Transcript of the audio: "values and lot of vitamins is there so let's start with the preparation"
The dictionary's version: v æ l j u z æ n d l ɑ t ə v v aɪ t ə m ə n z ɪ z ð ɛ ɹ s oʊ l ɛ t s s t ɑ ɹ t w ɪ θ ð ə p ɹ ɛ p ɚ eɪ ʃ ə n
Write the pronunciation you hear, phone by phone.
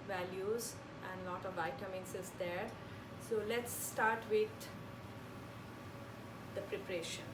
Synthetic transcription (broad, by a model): v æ l j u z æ n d l ɑ t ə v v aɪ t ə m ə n s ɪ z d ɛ ɹ s oʊ l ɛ t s s t ɑ ɹ t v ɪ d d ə p ɹ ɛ p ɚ eɪ ʃ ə n